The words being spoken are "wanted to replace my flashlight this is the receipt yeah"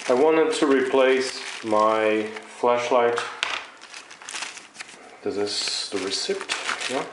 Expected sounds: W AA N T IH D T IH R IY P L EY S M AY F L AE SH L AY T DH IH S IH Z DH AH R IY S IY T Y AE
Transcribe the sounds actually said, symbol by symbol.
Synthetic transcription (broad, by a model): W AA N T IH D T IH R IY P L EY S M AY F L AE SH L AY T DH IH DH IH S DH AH R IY S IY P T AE